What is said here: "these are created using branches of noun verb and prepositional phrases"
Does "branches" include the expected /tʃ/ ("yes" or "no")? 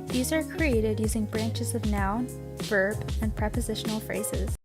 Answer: yes